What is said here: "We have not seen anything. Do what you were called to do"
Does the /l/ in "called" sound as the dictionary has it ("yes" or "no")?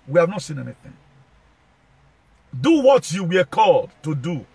yes